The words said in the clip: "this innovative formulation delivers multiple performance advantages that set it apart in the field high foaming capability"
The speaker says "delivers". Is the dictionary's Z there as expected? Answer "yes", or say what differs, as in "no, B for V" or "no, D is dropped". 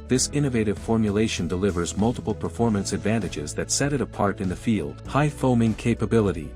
yes